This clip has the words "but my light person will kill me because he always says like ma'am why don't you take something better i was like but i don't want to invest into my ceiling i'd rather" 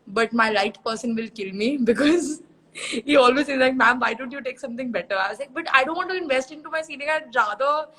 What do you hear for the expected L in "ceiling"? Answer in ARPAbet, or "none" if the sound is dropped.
N